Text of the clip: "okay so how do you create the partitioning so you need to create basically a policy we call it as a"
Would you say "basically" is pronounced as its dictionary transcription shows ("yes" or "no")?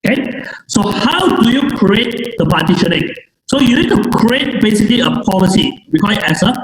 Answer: yes